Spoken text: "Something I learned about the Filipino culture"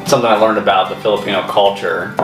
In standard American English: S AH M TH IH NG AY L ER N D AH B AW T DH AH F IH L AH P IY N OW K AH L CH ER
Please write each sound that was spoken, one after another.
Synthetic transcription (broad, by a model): S AH M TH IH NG AY L ER N D AH B AW T DH AH F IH L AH P IY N OW K AH L CH ER